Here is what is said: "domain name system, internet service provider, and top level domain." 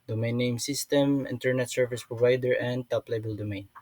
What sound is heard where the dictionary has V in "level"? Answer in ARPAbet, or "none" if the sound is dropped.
B